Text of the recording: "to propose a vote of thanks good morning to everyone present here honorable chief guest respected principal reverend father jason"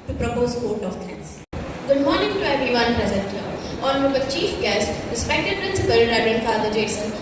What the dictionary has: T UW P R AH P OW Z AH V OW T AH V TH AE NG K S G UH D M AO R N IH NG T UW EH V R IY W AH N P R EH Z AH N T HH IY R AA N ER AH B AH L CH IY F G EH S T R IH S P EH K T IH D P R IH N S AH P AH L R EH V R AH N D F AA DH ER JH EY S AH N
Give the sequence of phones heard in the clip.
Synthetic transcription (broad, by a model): T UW P R AH P OW Z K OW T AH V T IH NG S G UH D M AO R N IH NG T UW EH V IY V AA N P R EH Z AH N T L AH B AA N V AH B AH CH IY F G EH S T R IH S P EH K T IH D P R IH N S AH P AH L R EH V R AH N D F AA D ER JH EY S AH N